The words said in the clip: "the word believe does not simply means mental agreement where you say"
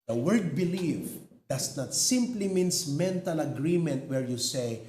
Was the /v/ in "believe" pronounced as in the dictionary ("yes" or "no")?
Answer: no